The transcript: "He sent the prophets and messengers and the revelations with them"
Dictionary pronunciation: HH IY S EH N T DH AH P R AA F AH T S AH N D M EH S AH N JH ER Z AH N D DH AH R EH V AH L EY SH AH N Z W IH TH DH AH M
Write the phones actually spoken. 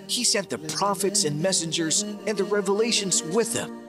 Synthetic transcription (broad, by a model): HH IY S EH N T DH AH P R AA F AH T S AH N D M EH S AH N JH ER Z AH N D DH AH R EH V AH L EY SH AH N Z W IH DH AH M